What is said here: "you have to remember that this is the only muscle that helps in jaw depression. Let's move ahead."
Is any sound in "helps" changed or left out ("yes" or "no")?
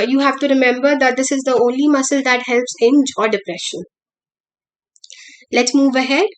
no